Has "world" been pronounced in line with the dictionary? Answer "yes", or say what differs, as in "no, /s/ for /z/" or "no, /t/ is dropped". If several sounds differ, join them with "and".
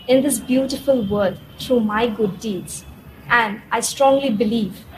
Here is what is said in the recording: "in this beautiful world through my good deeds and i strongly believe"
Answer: no, /l/ is dropped